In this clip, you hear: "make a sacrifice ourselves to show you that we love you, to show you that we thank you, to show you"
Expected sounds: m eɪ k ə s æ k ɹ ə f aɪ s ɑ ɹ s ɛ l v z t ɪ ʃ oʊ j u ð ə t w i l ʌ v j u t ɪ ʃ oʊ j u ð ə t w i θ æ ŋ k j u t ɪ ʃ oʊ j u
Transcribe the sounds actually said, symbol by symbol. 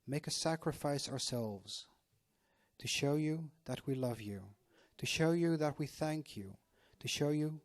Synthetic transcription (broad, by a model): m eɪ k ə s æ k ɹ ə f aɪ s ɑ ɹ s ɛ l v z t ɪ ʃ oʊ j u ð ə t w i l ʌ v j u t ɪ ʃ oʊ j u ð ə t w i θ æ ŋ k j u t ɪ ʃ oʊ j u